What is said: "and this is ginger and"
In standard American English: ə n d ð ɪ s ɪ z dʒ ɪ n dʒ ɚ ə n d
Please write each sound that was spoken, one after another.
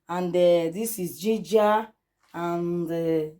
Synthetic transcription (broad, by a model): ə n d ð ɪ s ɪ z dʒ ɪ dʒ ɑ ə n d